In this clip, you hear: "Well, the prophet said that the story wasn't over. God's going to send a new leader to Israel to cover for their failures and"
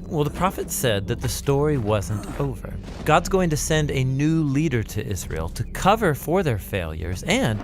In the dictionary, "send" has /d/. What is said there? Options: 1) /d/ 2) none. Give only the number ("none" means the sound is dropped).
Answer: 1